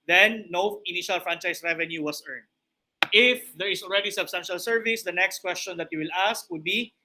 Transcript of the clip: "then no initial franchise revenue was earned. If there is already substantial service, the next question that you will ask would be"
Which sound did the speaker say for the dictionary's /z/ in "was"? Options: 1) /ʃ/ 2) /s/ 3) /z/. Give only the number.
2